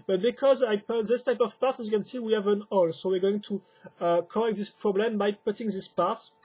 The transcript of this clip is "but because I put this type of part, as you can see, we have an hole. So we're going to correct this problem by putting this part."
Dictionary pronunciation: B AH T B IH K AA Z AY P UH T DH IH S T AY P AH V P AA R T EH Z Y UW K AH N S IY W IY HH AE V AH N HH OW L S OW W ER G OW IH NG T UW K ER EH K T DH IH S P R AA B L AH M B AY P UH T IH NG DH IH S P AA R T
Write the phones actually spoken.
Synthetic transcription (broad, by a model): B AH T B IH K AA Z AY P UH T DH IH S T AY P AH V P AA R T Y UW K AH N S IY W IY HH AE V AH N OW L S OW W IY G OW IH NG T UW K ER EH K T DH IH S P R AA B L AH M B AY P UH T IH NG DH IH S P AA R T